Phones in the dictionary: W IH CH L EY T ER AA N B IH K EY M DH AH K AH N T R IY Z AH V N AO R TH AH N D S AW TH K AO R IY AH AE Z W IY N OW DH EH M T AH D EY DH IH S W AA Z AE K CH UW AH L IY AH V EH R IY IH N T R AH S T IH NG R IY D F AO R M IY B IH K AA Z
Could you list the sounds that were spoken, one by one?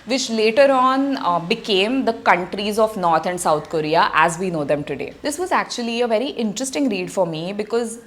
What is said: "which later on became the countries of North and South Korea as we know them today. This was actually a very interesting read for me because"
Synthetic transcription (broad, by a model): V IH CH L EY T ER AA N B IH K EY M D AH K AH N T R IY Z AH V N AO R T AH N D S AW T K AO R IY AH AE Z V IY N OW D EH M T AH D EY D IH S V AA Z AE K CH UW AH L IY AH V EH R IY IH N T R AH S T IH NG R IY D F AO R M IY B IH K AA Z